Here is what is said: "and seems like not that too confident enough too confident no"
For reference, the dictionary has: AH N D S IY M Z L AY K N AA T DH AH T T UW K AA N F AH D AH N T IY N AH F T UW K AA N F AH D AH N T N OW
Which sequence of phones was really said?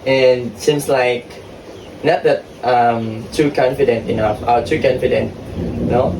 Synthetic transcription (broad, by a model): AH N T S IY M S L AY K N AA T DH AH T T UW K AA N F AH D AH N T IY N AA F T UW K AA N F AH D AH N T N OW